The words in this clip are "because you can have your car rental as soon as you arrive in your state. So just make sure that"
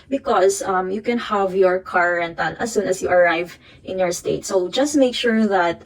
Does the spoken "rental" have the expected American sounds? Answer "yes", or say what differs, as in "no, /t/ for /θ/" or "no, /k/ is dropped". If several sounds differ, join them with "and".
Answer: no, /n/ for /l/